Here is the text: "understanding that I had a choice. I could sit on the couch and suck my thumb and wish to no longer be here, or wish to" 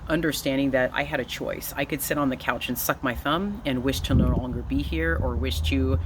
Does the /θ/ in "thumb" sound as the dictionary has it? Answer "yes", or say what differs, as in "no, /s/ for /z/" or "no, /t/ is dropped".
yes